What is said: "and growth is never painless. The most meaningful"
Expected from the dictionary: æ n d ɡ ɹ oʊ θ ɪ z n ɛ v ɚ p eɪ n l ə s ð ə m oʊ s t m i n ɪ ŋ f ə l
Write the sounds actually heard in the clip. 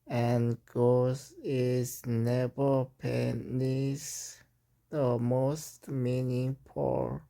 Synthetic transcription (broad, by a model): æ n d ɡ oʊ s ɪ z n ɛ v ɚ p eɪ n ə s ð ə m oʊ s t m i n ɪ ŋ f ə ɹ